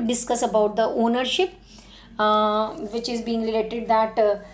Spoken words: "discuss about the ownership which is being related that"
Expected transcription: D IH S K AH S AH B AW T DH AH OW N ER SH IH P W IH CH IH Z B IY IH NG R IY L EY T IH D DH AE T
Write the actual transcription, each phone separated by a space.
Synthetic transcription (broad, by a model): D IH S K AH S AH B AW T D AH OW N ER SH IH P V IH CH IH Z B IY IH NG L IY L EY T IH D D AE T